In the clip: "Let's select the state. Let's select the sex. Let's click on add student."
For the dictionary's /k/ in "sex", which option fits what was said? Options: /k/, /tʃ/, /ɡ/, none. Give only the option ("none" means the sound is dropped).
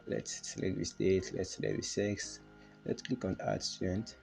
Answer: /k/